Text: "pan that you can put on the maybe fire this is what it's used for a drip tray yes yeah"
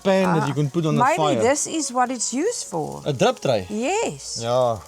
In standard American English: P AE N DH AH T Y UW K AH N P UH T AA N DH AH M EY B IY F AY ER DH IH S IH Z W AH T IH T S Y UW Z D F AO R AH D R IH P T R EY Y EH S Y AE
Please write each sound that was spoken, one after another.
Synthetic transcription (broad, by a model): P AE N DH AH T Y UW K AH N P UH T AA N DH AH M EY IY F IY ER DH IH S IH Z W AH T IH T S Y UW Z F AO L AH D R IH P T R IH Y EH S Y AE